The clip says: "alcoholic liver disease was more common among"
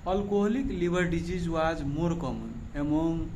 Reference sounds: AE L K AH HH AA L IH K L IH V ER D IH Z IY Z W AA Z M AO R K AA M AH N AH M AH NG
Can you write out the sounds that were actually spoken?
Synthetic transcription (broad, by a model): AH L K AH HH L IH K L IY B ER D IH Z IY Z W AA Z M AO R K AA M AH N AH M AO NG